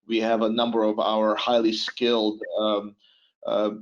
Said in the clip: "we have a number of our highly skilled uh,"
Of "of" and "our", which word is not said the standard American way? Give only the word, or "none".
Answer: none